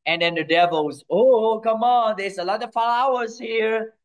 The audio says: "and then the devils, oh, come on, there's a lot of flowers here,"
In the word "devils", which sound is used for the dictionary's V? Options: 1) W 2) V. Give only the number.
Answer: 2